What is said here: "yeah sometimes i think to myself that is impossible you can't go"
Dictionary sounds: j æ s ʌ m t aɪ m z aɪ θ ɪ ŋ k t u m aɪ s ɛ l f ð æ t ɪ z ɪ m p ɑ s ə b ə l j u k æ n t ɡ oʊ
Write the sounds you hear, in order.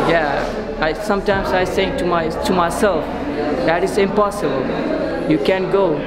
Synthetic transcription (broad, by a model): j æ s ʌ m t aɪ m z aɪ s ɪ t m t u m aɪ s ɛ l f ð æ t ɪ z ɪ m p ɑ s ə b ə l j u k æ n ɡ oʊ